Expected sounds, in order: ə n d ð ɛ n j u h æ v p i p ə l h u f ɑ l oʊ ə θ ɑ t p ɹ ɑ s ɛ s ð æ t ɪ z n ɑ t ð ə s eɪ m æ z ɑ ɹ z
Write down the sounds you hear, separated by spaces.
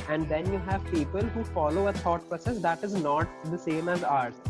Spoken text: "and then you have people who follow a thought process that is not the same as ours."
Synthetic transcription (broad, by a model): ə n d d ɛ n j u h æ v p i p ə l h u f ɑ l oʊ ə t ɑ t p ɹ ɑ s ɛ s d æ t ɪ z n ɑ t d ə s eɪ m æ z ɑ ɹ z